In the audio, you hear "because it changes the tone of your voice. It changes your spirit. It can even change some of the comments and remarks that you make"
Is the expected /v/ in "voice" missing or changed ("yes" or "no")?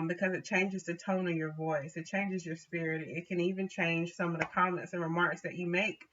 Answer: no